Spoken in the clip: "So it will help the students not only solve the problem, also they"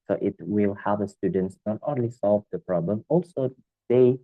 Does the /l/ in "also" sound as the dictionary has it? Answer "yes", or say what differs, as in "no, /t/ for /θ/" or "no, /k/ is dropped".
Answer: yes